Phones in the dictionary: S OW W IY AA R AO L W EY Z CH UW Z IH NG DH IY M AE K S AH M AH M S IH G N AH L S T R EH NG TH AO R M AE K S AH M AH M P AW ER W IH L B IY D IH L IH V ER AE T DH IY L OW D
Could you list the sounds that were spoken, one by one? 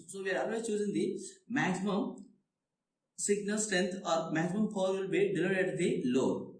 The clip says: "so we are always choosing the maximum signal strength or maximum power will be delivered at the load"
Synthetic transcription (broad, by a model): S OW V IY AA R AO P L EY CH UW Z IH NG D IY M AE K S AH M AH M S IH G N AH L S T R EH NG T AO R M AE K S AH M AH M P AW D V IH L B IY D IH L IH ER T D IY L OW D